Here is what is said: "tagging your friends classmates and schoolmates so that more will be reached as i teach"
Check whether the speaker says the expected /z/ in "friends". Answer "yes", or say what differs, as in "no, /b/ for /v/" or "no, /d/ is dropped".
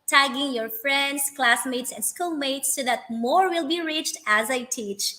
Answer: no, /s/ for /z/